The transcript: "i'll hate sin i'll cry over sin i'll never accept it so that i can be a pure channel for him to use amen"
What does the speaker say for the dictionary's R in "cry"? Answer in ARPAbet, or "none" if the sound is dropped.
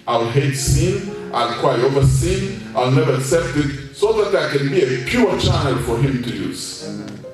W